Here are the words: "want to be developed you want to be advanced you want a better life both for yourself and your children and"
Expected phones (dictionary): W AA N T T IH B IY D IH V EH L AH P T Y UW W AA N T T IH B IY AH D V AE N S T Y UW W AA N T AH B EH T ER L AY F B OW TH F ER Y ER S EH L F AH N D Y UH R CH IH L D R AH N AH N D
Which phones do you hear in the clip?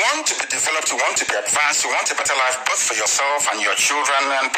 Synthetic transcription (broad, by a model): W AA N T T IH B IY D IH V EH L AH P T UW W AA N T T IH B IY AH D V AE N S T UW W AA N T AH B EH T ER L AY F B OW TH F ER Y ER S EH L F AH N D Y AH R CH IH L D R AH N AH N